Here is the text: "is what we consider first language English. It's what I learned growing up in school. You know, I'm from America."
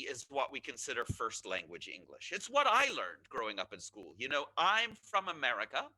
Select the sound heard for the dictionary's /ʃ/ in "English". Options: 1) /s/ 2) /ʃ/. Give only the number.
2